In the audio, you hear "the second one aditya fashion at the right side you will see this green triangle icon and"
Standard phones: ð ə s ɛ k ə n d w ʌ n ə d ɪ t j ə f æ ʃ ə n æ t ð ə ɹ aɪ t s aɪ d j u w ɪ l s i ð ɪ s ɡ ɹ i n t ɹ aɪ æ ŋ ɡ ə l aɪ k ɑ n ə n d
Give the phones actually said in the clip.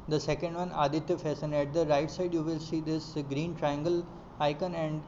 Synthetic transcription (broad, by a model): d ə s ɛ k ə n d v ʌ n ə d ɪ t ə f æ s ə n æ t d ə ɹ aɪ t s aɪ d j u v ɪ l s i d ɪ s ɡ ɹ i n t ɹ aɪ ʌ ŋ ɡ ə l aɪ k ɑ n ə n d